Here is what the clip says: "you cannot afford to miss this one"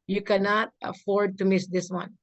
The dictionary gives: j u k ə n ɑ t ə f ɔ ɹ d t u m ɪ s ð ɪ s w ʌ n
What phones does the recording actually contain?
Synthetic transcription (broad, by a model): j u k ə n ɑ t ə f ɔ ɹ d t u m ɪ s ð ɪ s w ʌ n